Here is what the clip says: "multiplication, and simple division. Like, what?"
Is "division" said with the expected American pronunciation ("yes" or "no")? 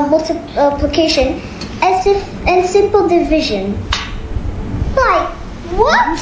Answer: yes